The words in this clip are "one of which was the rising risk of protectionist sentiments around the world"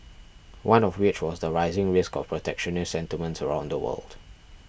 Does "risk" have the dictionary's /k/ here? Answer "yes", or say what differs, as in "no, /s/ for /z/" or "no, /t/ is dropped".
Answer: yes